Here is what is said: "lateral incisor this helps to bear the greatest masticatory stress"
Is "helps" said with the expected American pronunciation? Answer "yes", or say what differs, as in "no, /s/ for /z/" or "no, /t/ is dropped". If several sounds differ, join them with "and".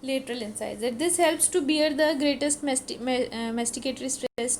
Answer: yes